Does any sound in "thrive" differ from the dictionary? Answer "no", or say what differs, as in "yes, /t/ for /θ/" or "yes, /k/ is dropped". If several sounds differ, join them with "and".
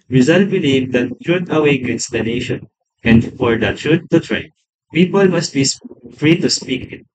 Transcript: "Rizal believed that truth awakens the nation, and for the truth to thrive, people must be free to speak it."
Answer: yes, /t/ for /θ/